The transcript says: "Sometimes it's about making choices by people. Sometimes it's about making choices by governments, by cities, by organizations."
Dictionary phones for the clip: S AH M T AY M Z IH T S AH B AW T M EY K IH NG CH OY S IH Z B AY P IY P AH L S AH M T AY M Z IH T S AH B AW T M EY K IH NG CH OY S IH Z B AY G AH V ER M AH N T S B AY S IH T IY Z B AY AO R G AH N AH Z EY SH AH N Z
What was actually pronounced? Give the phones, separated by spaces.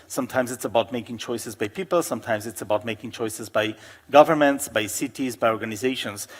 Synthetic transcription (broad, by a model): S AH M T AY M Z IH T S AH B AW T M EY K IH NG CH OY S IH Z B AY P IY P AH L S AH M T AY M Z IH T S AH B AW T M EY K IH NG CH OY S IH Z B AY G AH V ER M AH N T S B AY S IH T IY Z B AY AO R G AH N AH Z EY SH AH N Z